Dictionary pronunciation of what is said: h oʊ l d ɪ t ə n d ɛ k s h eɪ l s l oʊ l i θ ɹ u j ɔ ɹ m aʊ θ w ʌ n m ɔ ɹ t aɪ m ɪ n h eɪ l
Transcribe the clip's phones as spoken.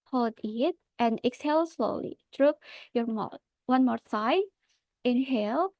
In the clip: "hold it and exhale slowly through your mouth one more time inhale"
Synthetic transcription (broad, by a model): h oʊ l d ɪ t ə n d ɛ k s h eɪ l s l oʊ l i t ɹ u j ɔ ɹ m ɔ w ʌ n m ɔ ɹ s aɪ ɪ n h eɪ l